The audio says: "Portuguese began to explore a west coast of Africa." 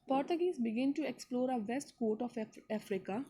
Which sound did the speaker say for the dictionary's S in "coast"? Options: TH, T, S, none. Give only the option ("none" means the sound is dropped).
none